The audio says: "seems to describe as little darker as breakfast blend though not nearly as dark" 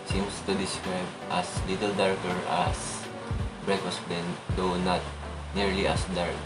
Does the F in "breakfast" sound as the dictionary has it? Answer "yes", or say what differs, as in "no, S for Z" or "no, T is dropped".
no, F is dropped